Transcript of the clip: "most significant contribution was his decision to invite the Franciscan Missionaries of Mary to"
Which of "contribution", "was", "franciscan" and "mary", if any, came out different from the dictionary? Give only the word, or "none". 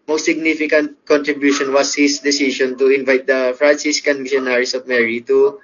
was